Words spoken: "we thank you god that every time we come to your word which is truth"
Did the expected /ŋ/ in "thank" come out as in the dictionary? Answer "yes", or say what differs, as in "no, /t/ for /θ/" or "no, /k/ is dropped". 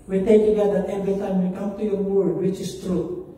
no, /ŋ/ is dropped